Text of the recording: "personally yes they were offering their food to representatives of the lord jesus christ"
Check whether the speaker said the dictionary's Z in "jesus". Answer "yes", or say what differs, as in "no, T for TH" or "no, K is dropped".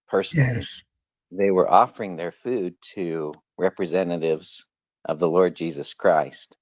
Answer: yes